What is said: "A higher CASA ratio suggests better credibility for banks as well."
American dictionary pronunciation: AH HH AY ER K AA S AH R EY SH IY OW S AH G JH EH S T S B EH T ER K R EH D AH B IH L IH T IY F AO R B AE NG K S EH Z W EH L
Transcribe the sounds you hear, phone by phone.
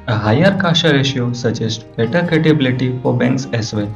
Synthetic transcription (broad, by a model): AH HH AY ER K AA SH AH R EY SH IY OW S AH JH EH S T B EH T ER K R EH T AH B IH L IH T IY F AO R B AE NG K S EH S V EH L